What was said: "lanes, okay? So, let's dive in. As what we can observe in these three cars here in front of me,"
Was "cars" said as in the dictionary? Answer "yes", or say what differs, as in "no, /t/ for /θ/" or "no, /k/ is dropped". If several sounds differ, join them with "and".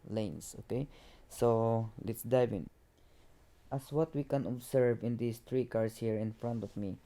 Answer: no, /s/ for /z/